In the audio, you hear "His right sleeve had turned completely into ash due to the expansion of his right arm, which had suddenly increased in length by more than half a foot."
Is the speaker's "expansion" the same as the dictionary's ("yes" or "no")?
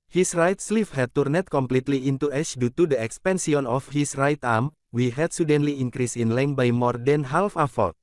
no